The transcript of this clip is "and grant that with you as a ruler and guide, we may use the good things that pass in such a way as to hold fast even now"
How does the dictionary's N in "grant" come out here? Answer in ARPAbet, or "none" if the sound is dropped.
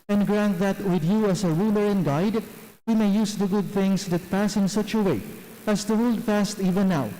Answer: N